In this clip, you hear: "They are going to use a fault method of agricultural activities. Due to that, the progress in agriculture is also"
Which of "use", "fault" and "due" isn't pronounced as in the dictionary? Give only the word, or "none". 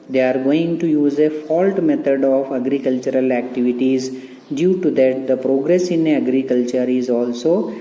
none